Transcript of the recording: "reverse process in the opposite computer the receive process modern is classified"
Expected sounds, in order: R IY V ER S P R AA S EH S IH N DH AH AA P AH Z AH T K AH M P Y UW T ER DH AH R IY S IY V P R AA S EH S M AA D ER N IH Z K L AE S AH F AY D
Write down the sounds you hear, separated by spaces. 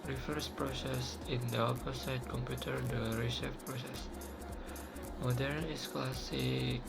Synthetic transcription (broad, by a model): R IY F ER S P R AA S EH S IH N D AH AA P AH S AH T K AH M P Y UW T ER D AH R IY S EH F P R AA S EH S M AA D ER N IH S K L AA S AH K